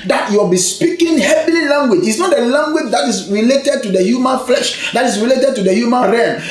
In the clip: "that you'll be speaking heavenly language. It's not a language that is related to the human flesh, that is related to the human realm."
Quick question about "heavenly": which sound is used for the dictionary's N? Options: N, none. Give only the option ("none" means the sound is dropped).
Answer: none